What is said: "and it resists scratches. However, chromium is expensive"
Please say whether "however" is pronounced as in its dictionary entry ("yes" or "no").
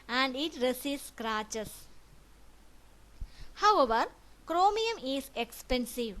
yes